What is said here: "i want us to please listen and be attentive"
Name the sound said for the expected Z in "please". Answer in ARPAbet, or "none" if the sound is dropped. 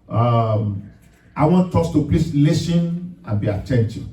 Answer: S